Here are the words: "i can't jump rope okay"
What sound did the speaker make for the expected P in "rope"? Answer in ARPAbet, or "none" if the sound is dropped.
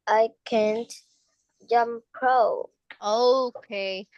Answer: none